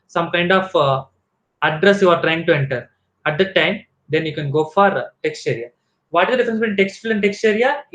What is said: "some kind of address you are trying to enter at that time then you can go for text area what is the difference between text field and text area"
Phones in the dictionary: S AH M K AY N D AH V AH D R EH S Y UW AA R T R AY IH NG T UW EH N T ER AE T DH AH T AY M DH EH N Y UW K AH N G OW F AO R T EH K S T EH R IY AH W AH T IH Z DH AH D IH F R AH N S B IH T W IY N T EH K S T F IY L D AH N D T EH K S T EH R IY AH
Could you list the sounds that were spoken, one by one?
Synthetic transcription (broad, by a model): S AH M K AY N D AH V AH D R EH S Y UW AA R T R AY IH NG T UW EH N T ER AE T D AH T AY M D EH N Y UW K AH N G OW F AO R T EH K S T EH R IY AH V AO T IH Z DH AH D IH F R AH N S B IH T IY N T EH K S T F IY L AH N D T EH K S T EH R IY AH